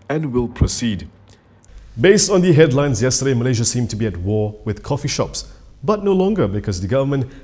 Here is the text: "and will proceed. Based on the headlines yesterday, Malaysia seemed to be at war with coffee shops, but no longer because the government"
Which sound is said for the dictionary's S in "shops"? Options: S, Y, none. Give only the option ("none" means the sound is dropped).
S